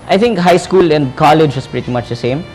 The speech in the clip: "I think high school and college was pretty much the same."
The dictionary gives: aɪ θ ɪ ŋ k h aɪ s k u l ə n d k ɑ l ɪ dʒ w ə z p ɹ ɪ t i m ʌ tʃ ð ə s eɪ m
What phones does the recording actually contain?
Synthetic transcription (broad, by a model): aɪ t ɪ ŋ k h aɪ s k u l ə n d k ɑ l ɪ dʒ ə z p ɹ ɪ t i m ʌ tʃ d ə s eɪ m